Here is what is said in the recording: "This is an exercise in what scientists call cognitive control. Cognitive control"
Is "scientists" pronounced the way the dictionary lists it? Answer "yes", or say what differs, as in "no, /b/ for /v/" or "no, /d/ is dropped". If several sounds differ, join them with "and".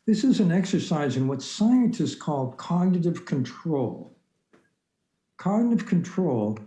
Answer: yes